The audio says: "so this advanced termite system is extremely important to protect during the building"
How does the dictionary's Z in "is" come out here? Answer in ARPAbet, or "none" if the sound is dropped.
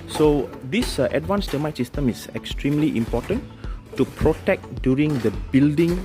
S